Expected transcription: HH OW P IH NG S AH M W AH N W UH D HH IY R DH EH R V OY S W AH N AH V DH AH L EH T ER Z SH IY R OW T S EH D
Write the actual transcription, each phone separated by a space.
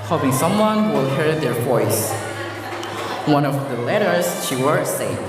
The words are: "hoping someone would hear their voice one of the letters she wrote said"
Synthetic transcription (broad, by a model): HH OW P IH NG S AH M W AH N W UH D HH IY R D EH R V OY S W AH N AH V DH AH L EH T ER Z SH IY W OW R S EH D